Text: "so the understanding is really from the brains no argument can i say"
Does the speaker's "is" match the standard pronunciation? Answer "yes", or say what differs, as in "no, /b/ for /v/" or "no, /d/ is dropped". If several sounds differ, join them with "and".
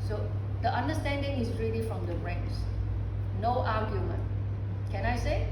no, /s/ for /z/